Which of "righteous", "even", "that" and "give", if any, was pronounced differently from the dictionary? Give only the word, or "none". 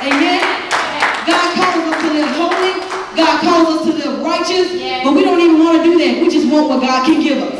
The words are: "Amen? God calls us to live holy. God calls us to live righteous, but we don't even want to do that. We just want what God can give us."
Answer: none